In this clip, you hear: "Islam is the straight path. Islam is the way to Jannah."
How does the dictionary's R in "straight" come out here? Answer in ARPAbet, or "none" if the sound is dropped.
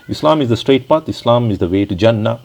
R